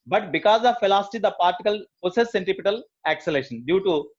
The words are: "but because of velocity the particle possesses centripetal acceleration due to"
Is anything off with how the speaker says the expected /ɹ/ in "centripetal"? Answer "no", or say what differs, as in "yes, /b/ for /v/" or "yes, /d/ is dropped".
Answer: yes, /ɹ/ is dropped